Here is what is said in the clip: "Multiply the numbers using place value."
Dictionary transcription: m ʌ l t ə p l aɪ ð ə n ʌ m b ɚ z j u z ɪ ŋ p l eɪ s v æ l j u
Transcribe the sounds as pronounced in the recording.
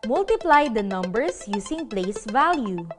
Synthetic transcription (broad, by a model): m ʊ l t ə p l aɪ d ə n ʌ m b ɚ s j u s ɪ ŋ p l eɪ s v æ l j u